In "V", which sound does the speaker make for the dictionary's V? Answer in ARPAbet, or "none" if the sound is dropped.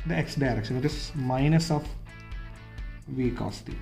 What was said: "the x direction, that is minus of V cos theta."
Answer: V